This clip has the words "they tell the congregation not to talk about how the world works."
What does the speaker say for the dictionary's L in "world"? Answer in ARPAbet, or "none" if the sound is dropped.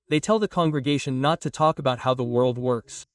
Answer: L